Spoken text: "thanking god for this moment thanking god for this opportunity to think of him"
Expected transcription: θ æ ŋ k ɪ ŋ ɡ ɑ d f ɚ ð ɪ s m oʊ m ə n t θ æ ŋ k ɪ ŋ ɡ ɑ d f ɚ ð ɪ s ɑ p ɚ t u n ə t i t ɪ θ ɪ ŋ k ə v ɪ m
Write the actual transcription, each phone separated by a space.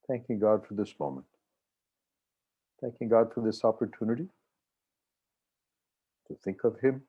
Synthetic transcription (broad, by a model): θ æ ŋ k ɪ ŋ ɡ ɑ d f ɚ ð ɪ s m oʊ m ə n t θ æ ŋ k ɪ ŋ ɡ ɑ d f ɚ ð ɪ s ɑ p ɚ t u n ə t i t ɪ θ ɪ ŋ k ə v ɪ m